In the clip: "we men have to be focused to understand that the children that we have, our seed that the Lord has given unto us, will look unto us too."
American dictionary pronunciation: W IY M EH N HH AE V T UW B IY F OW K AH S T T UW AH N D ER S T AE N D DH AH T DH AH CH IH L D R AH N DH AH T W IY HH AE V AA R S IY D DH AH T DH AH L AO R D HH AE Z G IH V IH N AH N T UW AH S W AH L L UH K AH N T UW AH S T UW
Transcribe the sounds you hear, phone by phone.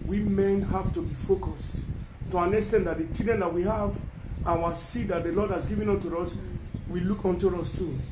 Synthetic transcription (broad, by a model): W IY M EH N HH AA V T UW B IY F OW K AH S T T UW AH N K S T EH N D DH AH T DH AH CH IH D AH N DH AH T W IY HH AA V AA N S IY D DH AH T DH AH L AO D HH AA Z G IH V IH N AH N T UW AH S W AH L L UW K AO N T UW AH S T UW